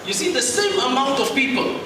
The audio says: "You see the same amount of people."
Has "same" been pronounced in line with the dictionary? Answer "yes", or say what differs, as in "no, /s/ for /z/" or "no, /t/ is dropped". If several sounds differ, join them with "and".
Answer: yes